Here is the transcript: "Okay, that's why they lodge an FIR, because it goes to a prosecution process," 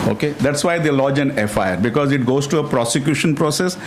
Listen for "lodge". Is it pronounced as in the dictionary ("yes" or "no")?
yes